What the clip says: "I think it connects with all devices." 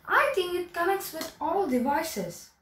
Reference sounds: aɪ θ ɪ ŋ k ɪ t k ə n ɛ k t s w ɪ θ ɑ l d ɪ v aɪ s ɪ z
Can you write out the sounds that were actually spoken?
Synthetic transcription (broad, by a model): aɪ t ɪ ŋ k ɪ t k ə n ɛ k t s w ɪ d ɑ l d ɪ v aɪ s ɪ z